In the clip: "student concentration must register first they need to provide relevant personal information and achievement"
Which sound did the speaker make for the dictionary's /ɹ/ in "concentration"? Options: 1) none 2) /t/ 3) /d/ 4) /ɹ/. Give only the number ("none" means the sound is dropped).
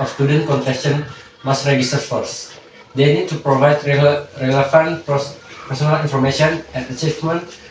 1